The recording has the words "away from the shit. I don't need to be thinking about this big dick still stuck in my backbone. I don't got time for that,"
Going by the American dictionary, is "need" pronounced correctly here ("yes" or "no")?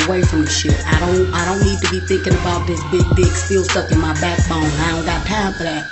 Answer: yes